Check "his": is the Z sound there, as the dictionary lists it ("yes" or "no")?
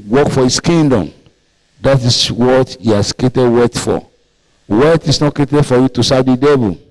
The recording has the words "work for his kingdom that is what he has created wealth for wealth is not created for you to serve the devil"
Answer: no